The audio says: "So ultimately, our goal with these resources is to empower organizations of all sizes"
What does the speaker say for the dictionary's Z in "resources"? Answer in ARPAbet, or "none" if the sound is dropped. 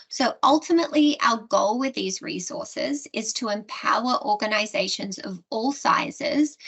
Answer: Z